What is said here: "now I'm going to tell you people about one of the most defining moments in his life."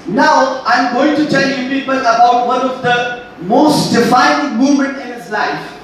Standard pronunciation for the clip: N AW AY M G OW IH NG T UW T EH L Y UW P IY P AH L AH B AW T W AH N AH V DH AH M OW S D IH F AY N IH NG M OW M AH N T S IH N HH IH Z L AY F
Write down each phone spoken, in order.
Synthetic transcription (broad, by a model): N AW AY M G OW IH NG T UW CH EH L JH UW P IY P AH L AH B AW T W AH N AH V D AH M OW S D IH F AY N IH M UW M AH N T IH N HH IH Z L AY F